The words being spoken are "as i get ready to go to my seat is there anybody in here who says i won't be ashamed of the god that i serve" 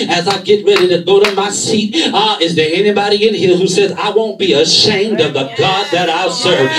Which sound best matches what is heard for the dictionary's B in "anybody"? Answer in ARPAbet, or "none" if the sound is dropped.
B